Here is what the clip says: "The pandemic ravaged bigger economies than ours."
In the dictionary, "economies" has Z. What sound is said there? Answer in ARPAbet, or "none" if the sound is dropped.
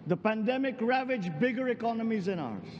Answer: Z